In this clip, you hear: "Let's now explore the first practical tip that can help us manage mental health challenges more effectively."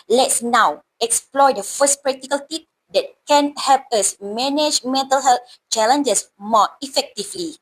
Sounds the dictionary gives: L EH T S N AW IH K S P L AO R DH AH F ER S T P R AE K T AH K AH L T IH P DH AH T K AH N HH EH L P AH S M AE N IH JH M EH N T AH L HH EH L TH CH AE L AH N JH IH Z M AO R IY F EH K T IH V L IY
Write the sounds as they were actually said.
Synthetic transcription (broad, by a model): L EH T S N AW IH K S P L AO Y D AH F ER S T P R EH K T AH K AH L T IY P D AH T K AH N HH EH L P AH S M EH N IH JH M EH N T AH L HH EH L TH CH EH L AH N JH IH S M AO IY F EH K T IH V L IY